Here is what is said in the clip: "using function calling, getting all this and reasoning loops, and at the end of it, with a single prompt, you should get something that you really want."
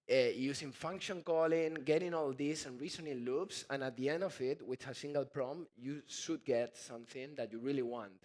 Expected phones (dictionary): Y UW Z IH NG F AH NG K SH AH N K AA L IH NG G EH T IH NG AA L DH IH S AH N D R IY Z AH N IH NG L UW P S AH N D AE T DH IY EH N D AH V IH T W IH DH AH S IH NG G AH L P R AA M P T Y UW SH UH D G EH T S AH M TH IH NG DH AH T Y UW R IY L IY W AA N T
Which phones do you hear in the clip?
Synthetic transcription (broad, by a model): Y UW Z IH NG F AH NG K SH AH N K AA L IH NG G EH T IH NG AA L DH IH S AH N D R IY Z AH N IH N L UW P S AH N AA T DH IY EH N D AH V IH T W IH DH AH S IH NG G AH L P R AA M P Y UW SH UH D G EH T S AH M TH IH NG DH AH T Y UW R IY L IY W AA N T